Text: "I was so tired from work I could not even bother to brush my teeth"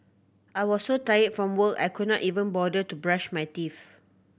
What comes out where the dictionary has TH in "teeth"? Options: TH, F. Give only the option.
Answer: F